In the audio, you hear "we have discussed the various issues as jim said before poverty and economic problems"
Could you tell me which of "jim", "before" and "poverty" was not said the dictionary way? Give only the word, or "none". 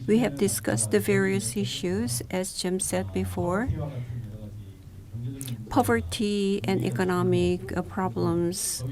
none